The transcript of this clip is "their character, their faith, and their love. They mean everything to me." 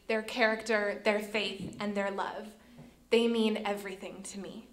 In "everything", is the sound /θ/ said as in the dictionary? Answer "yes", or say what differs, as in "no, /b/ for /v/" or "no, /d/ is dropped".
yes